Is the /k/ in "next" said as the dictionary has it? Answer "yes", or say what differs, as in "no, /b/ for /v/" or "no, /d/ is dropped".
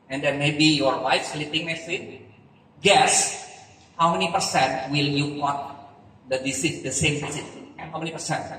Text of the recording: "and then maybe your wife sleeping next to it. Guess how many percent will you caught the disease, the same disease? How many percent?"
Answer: no, /k/ is dropped